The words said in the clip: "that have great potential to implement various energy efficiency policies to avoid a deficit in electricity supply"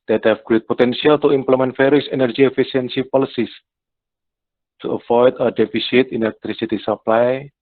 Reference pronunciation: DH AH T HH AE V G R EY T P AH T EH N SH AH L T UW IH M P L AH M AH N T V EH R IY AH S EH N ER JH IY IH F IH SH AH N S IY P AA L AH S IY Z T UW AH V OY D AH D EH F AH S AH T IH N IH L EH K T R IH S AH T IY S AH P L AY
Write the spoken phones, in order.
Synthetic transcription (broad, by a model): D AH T HH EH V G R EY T P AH T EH N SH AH L T UW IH M P L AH M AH N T F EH R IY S EH N ER JH IY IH F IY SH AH N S IY P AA L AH S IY S T UW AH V OY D AH D EH F AH S AH T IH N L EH K T R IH S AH T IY S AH P L AY